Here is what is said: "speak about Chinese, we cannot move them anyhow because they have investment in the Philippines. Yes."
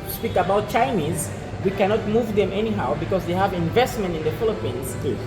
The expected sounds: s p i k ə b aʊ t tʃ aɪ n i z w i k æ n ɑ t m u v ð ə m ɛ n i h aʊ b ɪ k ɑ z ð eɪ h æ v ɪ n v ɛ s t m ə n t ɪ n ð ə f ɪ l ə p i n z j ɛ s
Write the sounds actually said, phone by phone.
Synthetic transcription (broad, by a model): s p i k ə b aʊ t tʃ aɪ n i z w i k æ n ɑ t m u v ð ə m ɛ n i h aʊ b ɪ k ɑ z ð eɪ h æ v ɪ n v ɛ s t m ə n t ɪ n ð ə f ɪ l ə p i n z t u